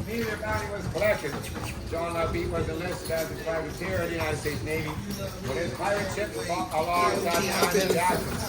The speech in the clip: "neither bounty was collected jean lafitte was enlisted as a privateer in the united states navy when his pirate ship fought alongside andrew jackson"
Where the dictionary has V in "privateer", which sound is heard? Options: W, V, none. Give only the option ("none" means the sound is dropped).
none